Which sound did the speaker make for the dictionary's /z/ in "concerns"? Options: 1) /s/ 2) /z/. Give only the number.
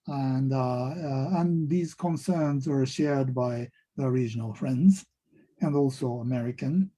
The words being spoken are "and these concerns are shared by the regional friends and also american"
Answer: 2